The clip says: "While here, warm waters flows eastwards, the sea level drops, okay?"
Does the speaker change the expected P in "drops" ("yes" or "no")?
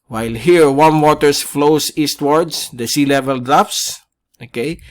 yes